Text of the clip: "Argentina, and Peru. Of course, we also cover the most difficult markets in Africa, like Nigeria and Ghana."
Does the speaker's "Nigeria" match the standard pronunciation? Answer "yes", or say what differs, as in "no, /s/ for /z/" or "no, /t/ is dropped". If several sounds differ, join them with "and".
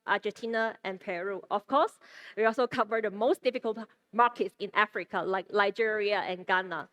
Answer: no, /l/ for /n/